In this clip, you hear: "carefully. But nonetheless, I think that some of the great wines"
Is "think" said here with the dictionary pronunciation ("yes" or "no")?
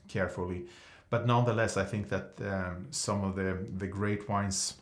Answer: yes